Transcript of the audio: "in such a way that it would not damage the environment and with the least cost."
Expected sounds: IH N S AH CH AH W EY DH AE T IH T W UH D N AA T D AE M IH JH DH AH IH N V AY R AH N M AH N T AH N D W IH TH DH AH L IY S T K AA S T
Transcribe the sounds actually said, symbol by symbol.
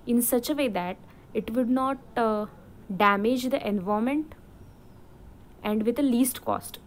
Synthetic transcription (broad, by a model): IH N S AH CH AH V EY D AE T IH T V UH D N AA T D AE M IH JH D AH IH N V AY AH M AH N T AH N D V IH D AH L IY S T K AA S T